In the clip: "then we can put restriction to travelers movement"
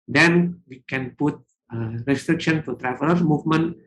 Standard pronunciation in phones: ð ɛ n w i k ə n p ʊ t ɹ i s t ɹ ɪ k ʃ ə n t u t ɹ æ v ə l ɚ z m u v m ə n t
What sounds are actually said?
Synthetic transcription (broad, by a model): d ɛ n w i k ə n p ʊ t ɹ i s t ɹ ɪ k ʃ ə n t u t ɹ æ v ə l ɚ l m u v m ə n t